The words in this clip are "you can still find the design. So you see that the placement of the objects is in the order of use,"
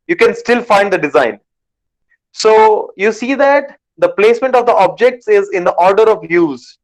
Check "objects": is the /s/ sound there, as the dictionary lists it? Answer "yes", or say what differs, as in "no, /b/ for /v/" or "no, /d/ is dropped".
yes